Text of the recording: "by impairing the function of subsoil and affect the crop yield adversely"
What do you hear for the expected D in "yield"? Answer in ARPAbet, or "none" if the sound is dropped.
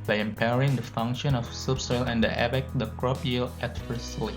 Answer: none